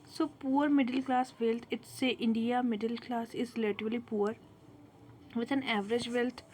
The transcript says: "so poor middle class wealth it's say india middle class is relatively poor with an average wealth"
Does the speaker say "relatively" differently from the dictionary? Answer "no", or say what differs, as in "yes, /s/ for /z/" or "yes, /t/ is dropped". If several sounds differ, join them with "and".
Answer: yes, /l/ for /ɹ/ and /v/ is dropped